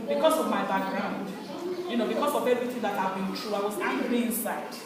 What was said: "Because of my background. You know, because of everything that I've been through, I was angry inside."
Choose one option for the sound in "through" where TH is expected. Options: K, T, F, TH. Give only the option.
T